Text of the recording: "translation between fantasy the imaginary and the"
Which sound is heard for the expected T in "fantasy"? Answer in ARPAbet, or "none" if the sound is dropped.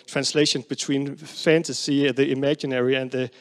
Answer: T